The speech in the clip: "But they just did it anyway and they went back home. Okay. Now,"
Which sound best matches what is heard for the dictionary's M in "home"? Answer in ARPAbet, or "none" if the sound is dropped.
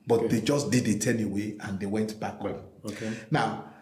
none